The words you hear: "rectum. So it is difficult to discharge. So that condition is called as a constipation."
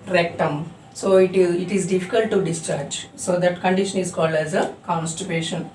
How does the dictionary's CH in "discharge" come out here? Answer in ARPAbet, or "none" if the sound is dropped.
CH